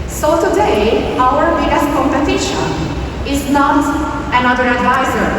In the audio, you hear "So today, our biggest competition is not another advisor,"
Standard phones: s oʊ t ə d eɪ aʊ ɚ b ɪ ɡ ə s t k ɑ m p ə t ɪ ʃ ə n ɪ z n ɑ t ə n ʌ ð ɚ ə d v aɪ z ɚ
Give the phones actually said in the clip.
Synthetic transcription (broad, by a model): s oʊ t ə d eɪ aʊ ɚ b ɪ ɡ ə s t k ɑ m p ə t ɪ ʃ ə n ɪ z n ɑ t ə n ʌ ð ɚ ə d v aɪ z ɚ